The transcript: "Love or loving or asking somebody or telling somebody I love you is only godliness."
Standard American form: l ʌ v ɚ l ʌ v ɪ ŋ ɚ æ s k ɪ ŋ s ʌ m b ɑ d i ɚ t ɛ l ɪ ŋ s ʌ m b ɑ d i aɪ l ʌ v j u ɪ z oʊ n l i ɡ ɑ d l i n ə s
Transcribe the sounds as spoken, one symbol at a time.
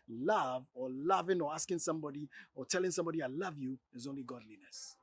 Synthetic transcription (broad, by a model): l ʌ v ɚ l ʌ v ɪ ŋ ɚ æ s k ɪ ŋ s ʌ m b ɑ d i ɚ t ɛ l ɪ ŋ s ʌ m b ɑ d i aɪ l ʌ v j u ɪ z oʊ n l i ɡ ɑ d l i n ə s